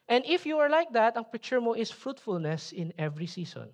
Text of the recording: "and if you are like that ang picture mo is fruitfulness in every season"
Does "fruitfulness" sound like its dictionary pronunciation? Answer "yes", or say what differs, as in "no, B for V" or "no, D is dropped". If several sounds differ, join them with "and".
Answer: yes